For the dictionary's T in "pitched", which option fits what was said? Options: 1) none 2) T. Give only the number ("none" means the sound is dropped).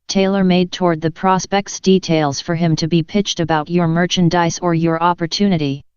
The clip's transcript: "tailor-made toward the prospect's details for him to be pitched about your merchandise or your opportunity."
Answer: 2